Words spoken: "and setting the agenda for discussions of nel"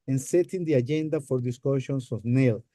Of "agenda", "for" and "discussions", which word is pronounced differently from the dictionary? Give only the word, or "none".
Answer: discussions